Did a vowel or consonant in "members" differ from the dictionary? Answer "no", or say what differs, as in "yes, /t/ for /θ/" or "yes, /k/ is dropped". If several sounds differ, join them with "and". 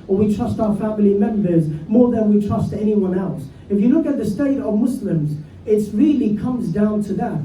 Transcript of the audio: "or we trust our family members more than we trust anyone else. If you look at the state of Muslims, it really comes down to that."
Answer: no